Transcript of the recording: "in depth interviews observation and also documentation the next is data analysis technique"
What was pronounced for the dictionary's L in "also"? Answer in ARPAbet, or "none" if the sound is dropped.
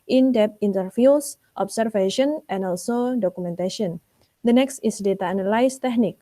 L